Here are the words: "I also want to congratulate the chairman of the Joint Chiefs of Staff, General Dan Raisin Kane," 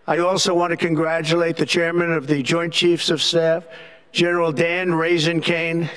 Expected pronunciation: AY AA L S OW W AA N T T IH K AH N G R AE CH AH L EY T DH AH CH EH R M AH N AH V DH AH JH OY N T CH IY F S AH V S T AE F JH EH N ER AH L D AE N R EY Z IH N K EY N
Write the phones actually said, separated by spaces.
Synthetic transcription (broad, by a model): AY AA L S OW W AA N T T IH K AH N G R AE CH AH L EY T DH AH CH EH R M AH N AH V DH AH JH OY N CH IY F S AH V S T AE F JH EH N ER L D AE N R EY Z IH N K EY N